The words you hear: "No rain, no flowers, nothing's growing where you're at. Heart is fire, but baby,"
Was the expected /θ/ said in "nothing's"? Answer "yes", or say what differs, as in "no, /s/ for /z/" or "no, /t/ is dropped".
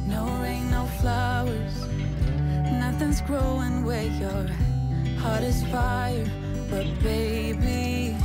yes